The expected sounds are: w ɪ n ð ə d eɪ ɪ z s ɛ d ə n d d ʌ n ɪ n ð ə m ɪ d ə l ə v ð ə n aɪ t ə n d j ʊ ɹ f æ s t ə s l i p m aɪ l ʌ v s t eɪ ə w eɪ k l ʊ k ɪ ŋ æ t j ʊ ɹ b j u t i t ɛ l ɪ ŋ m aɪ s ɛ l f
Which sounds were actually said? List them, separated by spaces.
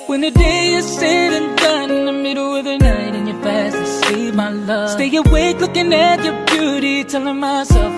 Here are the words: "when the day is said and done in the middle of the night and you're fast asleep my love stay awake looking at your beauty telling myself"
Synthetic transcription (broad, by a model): w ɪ n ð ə d eɪ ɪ s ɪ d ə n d d ʌ n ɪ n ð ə m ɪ d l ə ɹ ð ə n aɪ t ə n j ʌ ɹ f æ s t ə s i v m aɪ l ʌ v s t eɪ ə w eɪ k l ʊ k ɪ ŋ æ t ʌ ɹ b j u t i t ɛ l ɪ ŋ m aɪ s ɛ l f